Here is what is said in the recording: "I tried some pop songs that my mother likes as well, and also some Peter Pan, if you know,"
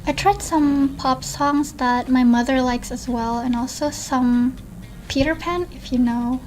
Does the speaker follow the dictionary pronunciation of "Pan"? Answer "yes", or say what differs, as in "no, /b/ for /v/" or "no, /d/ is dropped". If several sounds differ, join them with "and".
yes